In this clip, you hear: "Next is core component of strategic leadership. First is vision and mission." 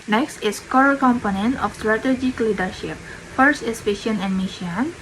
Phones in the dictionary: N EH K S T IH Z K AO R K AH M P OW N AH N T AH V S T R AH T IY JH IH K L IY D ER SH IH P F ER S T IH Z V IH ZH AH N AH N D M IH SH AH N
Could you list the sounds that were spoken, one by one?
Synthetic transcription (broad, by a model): N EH K S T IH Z K AO R K AH M P OW N AH N T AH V S T R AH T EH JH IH K L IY D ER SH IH P F ER S T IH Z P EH SH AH N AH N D M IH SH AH N